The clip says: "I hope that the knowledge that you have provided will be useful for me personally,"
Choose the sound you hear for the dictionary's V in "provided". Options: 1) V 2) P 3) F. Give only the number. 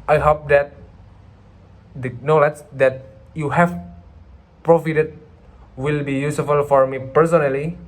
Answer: 3